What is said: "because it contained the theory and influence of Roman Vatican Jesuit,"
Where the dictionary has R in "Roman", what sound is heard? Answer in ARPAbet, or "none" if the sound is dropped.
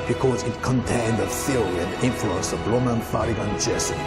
L